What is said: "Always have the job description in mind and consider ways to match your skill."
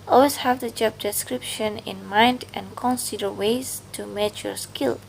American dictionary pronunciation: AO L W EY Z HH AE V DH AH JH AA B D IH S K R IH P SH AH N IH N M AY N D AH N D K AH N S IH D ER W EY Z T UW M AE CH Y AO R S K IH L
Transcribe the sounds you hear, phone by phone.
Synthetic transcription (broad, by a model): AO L W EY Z HH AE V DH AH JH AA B D IH S K R IH P SH AH N IH N M AY N D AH N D K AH N S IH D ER W EY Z T UW M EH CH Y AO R S K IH L